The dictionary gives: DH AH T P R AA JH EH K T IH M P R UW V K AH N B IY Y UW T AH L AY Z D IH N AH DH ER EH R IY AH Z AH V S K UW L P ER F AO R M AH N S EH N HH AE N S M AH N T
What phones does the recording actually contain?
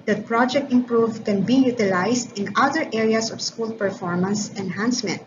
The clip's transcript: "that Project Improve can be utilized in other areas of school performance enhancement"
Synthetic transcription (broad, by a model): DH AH T P R AA JH EH K T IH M P R UW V K AH N B IY Y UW T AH L AY S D IH N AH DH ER EH R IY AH S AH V S K UW L P ER F AO R M AH N S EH N HH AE N S M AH N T